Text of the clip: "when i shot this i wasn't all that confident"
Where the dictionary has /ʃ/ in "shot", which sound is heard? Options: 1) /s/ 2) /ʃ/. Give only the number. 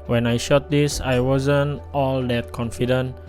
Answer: 2